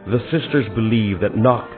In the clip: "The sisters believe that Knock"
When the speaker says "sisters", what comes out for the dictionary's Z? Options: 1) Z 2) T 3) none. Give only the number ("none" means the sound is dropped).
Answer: 1